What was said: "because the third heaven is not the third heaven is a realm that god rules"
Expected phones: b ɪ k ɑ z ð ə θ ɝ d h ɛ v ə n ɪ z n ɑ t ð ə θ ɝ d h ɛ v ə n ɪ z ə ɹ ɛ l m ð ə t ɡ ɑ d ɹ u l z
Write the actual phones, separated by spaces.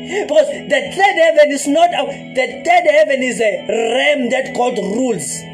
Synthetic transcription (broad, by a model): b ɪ k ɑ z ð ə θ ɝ d h ɛ v ə n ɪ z n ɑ t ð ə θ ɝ d h ɛ v ə n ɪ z ə ɹ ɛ m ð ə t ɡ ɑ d ɹ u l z